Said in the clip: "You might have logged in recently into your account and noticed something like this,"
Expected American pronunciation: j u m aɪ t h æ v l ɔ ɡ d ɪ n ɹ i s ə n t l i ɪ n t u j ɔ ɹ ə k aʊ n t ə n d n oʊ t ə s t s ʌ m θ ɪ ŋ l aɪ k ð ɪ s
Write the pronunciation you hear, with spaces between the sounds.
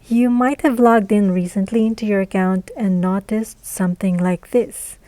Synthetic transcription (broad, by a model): j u m aɪ t h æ v l ɔ ɡ d ɪ n ɹ i s ə n t l i ɪ n t u j ɔ ɹ ə k aʊ n t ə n n oʊ t ə s t s ʌ m θ ɪ ŋ l aɪ k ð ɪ s